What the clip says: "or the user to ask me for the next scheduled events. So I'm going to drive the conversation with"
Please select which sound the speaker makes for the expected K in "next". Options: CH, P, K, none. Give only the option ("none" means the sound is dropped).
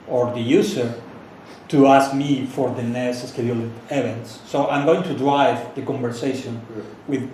none